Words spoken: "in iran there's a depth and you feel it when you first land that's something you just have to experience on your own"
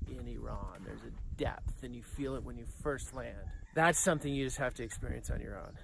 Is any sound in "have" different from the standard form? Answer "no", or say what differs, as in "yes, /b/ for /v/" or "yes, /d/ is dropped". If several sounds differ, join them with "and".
yes, /f/ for /v/